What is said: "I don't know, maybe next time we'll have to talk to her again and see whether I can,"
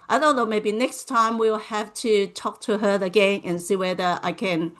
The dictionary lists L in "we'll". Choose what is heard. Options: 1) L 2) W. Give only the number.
1